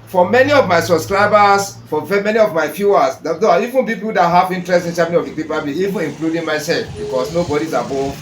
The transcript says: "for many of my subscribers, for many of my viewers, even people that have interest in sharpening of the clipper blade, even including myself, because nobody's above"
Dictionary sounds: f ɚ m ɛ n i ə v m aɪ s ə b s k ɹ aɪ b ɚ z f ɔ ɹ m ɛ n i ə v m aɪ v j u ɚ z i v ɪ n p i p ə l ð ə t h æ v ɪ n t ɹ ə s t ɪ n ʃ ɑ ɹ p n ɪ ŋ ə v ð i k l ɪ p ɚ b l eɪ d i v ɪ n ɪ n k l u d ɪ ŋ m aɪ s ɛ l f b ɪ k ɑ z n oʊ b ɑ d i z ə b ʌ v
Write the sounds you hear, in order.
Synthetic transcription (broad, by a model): f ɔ m ɛ n i ə v m aɪ s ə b s k ɹ aɪ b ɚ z f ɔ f m ɛ n i ə v m aɪ f j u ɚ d i v ɪ n p i p ə l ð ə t h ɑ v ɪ n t ɹ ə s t ɪ n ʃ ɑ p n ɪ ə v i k i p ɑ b i i v ɪ n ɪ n k l u d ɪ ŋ m aɪ s ɛ l f b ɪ k ɑ s n oʊ b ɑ d i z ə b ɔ